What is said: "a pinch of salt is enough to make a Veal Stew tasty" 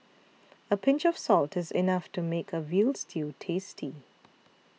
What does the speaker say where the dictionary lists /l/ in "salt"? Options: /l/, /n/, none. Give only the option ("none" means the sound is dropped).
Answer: /l/